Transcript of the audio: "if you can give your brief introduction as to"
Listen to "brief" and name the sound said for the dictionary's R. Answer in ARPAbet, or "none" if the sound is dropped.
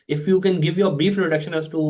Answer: none